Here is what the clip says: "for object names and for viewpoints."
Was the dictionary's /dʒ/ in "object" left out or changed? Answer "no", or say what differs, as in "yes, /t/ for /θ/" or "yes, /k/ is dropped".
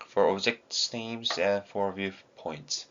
yes, /z/ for /dʒ/